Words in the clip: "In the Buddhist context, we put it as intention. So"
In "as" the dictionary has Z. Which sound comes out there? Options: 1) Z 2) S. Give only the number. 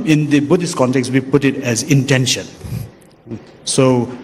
1